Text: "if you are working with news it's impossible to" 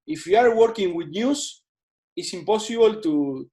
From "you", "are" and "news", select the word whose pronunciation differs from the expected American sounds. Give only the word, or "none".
news